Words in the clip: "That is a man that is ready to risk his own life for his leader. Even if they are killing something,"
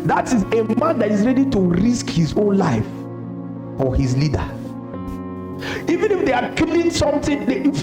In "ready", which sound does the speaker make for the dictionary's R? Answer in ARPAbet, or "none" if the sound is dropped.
R